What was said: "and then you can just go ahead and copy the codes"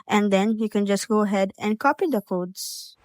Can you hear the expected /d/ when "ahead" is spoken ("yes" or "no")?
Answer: yes